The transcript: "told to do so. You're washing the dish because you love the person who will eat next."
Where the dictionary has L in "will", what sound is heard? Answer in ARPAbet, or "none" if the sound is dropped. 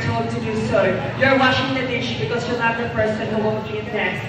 N